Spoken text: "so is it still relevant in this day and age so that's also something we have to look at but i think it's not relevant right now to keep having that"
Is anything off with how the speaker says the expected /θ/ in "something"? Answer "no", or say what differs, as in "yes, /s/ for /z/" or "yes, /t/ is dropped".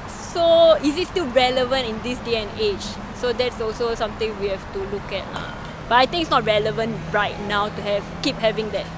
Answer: yes, /t/ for /θ/